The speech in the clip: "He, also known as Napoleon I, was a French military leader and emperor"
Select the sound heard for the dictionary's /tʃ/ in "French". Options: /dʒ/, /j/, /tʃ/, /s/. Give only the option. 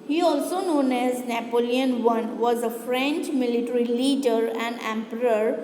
/tʃ/